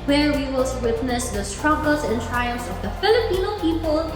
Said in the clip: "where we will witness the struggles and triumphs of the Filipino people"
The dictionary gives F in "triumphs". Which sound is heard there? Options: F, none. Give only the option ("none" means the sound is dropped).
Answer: none